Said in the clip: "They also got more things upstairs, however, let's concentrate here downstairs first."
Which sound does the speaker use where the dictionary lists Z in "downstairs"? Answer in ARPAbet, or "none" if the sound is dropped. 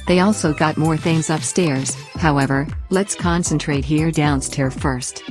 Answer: none